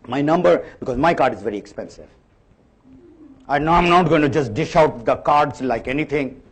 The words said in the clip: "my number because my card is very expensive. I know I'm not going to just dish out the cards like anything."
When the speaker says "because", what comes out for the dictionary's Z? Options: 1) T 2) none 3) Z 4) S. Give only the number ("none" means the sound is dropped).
3